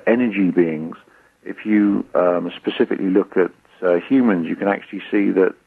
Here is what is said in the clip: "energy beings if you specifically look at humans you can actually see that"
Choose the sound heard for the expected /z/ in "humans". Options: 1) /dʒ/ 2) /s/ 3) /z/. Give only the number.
3